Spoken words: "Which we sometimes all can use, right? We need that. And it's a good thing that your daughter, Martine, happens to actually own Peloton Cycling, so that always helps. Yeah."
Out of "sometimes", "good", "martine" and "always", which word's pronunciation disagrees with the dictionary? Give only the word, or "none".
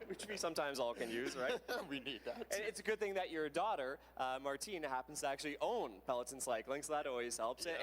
none